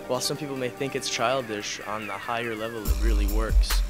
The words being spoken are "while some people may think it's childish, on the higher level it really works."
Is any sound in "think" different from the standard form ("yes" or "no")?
no